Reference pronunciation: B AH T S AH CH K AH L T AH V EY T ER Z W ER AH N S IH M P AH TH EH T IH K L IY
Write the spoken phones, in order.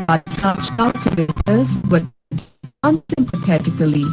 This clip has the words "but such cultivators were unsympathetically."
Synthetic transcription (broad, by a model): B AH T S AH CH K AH T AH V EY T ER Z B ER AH N S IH M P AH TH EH T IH K L IY